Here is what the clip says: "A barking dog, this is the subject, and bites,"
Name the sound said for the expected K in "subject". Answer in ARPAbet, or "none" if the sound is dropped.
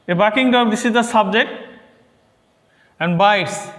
K